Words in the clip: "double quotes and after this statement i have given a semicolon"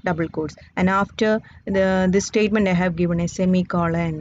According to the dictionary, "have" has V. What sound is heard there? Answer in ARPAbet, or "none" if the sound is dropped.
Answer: V